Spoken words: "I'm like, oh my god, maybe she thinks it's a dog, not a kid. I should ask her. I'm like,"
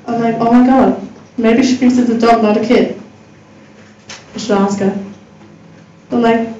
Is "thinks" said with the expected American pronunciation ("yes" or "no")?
no